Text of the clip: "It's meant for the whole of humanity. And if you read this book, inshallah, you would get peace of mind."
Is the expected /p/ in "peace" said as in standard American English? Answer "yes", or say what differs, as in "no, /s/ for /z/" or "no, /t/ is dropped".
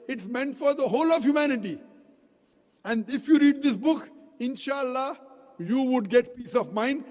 yes